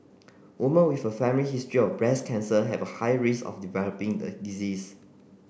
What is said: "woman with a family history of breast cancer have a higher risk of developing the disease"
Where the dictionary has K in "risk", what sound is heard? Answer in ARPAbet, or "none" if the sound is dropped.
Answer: none